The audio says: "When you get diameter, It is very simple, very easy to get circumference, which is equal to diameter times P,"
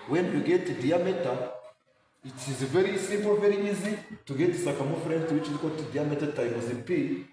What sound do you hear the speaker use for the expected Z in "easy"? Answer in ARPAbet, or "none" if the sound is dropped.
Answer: Z